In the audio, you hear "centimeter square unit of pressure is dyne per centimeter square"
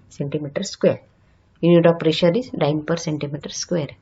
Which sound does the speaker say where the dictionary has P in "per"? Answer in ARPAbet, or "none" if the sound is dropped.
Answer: P